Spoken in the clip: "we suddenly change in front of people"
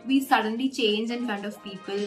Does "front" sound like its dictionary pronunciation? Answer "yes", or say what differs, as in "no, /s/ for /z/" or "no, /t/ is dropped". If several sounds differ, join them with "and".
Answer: no, /ɹ/ is dropped